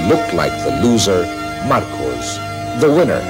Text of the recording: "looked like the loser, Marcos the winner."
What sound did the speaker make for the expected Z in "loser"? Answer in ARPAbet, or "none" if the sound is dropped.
Z